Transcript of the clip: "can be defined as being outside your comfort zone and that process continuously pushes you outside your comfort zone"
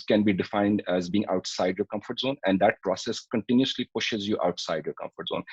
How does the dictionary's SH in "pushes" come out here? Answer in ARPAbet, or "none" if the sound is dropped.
SH